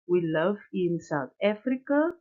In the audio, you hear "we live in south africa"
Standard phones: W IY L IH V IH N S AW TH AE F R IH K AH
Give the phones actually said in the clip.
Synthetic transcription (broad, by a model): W IY L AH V IH N S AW T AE F R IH K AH